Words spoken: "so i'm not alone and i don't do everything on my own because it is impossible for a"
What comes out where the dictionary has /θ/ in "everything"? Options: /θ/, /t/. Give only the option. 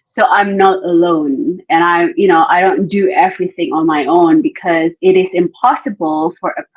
/θ/